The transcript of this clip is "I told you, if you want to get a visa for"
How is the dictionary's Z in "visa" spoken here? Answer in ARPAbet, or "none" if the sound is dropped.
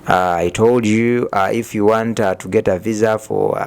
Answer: Z